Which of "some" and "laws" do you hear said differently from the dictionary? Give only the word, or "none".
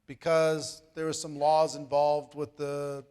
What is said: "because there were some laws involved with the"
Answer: none